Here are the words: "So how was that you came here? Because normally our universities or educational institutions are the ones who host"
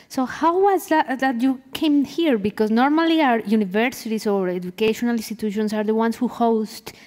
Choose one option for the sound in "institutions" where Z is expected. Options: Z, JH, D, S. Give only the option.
S